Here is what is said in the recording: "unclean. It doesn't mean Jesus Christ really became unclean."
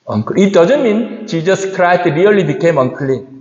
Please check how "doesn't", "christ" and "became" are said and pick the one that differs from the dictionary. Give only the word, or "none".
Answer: christ